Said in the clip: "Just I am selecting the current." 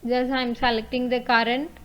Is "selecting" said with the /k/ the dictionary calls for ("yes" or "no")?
yes